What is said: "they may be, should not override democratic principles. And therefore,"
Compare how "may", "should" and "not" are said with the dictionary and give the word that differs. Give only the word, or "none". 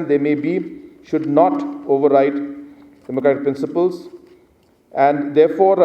none